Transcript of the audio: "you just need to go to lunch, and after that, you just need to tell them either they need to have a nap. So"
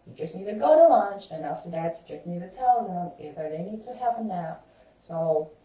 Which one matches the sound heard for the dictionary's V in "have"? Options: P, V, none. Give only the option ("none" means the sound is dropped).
P